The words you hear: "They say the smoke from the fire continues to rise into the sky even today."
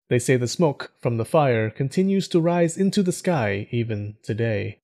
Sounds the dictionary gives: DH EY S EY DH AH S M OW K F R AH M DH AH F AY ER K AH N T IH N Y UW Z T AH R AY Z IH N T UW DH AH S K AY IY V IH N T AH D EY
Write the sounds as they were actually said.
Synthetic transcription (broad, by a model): DH EY S EY DH AH S M OW K F R AH M DH AH F AY ER K AH N T IH N Y UW Z T AH R AY Z IH N T UW DH AH S K AY IY V IH N T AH D EY